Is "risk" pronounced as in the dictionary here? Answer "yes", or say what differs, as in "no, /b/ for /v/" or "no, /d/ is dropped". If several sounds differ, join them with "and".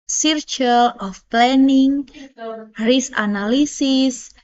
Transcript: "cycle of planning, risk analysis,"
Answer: no, /k/ is dropped